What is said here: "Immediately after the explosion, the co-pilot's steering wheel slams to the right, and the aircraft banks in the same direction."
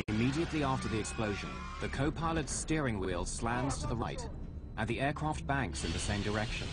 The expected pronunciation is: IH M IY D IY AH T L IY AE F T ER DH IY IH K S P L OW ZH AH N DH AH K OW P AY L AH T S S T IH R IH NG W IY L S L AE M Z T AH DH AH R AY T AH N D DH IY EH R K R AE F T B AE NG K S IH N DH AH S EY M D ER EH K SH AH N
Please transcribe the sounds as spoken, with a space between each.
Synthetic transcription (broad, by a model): IH M IY D IY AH T L IY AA F T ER DH IY IH K S P L OW ZH AH N DH AH K OW P AY L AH T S S T IH R IH NG W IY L S L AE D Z T AH DH AH R AY T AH N DH IY EH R K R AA F T B AE NG K S IH N DH AH S EY M D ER EH K SH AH N